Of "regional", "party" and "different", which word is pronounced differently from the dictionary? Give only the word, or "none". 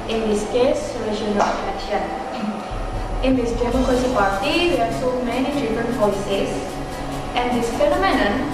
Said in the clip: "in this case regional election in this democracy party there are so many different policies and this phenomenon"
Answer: regional